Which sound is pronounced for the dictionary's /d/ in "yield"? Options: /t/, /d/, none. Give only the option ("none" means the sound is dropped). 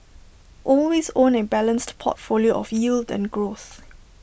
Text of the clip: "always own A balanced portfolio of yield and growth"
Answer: /d/